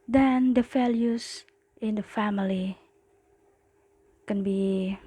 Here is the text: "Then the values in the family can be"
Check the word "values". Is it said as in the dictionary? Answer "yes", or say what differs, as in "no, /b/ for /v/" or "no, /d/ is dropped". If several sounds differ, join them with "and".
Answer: no, /f/ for /v/ and /s/ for /z/